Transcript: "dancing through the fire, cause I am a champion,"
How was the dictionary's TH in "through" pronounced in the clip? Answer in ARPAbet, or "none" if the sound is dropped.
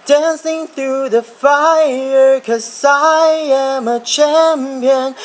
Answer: TH